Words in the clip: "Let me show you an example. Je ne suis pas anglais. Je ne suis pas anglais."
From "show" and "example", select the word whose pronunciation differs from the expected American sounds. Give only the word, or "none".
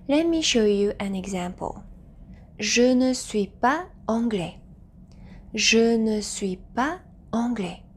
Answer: none